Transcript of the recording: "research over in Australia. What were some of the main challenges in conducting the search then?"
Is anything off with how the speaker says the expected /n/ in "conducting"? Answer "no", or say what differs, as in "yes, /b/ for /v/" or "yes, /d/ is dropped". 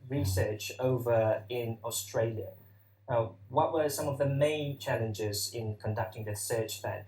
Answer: no